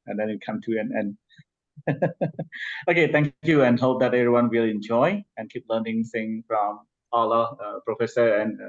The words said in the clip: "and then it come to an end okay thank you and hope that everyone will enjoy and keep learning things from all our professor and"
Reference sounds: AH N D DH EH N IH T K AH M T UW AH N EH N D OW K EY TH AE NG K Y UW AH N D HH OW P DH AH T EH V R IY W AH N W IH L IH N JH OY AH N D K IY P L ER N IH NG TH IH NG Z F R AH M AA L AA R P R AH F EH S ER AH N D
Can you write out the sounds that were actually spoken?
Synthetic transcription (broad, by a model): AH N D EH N IH T K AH M T UW AH N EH N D OW K EY T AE NG K Y UW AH N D HH OW P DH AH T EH V R IY W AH N W IH L IH N JH OY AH N K IY P L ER N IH NG S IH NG F R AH M AA L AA P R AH F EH S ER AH N